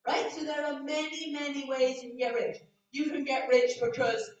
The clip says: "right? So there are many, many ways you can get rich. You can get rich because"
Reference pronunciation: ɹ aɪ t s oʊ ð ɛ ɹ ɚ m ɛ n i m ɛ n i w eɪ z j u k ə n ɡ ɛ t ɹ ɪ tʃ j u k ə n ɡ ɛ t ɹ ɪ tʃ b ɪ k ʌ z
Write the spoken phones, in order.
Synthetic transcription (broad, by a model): ɹ aɪ t s oʊ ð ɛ ɹ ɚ m ɛ n i m ɛ n i w eɪ z j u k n ɡ ɛ t ɹ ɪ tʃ j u k ə n ɡ ɛ t ɹ ɪ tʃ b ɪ k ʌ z